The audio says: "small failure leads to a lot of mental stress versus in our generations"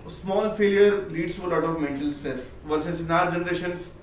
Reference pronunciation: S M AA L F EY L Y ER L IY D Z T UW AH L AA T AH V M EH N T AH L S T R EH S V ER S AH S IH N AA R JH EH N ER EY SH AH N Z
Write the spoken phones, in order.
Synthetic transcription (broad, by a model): S M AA L F EY L Y ER L IY D S T UW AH L AA T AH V M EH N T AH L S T EH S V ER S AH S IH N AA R JH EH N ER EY SH AH N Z